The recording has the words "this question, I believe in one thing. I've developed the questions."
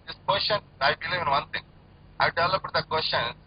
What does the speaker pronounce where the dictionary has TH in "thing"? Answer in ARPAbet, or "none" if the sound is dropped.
T